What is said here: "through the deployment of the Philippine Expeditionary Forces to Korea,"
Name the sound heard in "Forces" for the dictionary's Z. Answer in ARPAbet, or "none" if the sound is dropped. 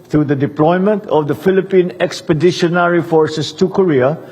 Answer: S